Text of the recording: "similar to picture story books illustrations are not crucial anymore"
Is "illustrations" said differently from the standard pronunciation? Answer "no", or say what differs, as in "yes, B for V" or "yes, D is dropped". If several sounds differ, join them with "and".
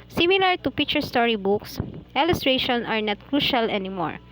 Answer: yes, Z is dropped